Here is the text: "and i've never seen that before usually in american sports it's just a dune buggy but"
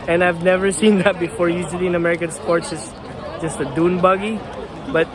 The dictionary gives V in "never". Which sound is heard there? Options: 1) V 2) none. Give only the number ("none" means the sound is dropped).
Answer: 1